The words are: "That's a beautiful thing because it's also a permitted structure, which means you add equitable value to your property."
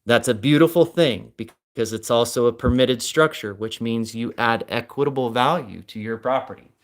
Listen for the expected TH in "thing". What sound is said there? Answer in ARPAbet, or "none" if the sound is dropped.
TH